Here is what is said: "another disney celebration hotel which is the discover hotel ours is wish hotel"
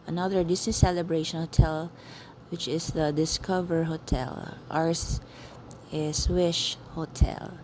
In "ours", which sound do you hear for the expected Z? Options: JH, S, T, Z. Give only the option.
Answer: S